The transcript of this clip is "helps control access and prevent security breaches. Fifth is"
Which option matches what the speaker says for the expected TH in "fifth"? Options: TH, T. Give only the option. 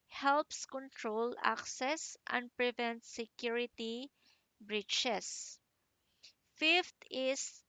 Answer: T